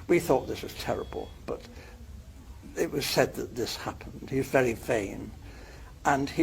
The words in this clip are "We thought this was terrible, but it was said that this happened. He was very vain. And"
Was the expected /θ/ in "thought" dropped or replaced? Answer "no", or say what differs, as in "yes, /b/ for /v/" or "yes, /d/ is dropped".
no